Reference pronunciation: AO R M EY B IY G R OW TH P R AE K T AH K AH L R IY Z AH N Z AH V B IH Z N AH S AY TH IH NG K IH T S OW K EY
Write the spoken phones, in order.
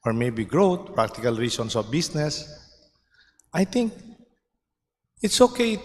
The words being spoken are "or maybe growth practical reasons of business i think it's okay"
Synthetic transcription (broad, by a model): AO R M EY B IY G R OW T P R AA K T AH K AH L R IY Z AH N S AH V B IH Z N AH S AY T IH NG K IH T S OW K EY